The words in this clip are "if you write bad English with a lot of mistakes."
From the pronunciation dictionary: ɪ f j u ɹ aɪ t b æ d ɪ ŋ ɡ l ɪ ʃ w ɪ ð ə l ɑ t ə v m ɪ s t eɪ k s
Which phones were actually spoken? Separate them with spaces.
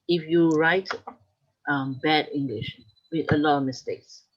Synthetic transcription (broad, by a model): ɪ f j u ɹ aɪ t b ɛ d ɪ ŋ ɡ l ɪ ʃ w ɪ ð ə l ɑ t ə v m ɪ s t eɪ k s